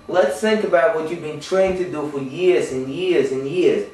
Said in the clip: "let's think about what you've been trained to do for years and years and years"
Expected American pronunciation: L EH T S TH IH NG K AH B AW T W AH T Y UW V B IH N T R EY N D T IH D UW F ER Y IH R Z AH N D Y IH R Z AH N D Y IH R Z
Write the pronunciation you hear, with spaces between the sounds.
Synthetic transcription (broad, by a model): L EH T S TH IH NG K AH B AW T W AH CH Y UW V B IH N T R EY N T IH D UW F ER Y IH R Z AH N Y IH R Z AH N Y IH R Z